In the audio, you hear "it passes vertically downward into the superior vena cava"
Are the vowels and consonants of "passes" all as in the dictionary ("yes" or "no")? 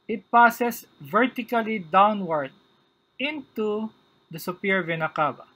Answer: no